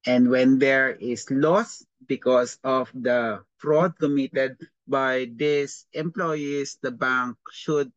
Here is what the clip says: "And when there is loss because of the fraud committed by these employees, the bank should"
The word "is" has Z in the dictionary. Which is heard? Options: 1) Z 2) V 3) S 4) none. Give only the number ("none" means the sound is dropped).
3